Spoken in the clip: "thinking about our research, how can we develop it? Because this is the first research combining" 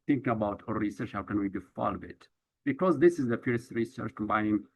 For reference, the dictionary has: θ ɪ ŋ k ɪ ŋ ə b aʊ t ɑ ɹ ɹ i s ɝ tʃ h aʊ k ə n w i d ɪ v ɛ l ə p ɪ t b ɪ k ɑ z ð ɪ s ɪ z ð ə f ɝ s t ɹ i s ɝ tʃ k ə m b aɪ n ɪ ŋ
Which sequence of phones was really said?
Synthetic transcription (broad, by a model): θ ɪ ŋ k ə b aʊ t ɑ ɹ ɹ i s ɝ tʃ h aʊ k ə n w i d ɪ f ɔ l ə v ɪ t b ɪ k ɑ z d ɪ s ɪ z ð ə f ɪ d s ɹ i s ɝ tʃ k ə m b aɪ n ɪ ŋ